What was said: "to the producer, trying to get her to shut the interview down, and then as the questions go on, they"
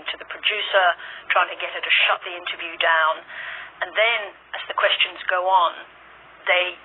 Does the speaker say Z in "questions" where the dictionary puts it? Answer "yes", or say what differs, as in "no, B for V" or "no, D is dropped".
yes